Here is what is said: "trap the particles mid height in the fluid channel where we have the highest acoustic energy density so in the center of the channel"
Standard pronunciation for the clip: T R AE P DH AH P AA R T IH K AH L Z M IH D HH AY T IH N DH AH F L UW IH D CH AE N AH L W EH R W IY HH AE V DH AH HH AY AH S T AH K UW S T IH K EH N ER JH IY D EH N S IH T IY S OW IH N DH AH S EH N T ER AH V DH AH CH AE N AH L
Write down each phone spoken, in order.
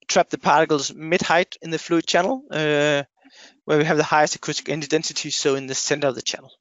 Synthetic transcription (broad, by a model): T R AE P DH AH P AA R T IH K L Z M IH D HH AY T IH N DH AH F L UW IH D CH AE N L W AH R W IY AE V DH AH HH AY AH S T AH K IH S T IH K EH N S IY D EH N S IH T IY S OW IH N DH AH S EH N T ER AH V DH AH CH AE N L